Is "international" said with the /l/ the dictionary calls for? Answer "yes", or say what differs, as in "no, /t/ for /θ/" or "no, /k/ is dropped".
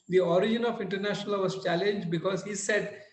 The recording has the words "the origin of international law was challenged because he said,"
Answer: yes